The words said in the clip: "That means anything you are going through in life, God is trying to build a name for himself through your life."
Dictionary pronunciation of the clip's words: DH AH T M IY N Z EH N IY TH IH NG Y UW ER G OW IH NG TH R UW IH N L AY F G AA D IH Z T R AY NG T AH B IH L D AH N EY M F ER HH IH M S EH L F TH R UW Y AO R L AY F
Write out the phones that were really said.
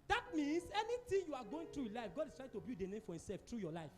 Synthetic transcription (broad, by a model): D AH T M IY N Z EH N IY T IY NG Y UW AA G OW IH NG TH R UW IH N L AY F G AA D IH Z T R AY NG T AH B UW D AH N EY M F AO HH IH M S EH L F T R UW Y AO L AY F